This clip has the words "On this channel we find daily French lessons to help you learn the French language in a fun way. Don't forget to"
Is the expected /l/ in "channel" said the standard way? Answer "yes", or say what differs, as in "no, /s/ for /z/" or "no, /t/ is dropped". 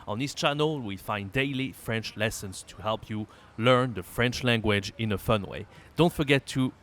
yes